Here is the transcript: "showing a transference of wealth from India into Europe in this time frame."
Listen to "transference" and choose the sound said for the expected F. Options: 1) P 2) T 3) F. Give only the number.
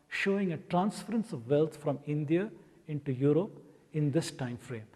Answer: 3